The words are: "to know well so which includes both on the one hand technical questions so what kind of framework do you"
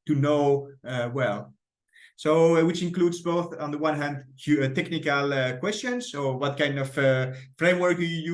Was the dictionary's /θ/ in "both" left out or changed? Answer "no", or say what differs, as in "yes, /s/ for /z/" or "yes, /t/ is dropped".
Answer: no